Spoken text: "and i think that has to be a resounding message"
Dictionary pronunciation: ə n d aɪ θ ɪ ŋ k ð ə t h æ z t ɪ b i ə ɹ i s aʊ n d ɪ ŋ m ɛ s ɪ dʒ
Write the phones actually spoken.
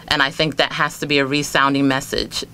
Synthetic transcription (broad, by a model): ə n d aɪ θ ɪ ŋ k ð ə t h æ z t ɪ b i ə ɹ i s aʊ n d ɪ ŋ m ɛ s ɪ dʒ